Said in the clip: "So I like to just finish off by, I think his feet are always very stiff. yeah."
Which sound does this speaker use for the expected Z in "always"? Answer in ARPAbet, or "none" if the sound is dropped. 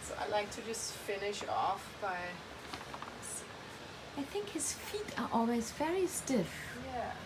Z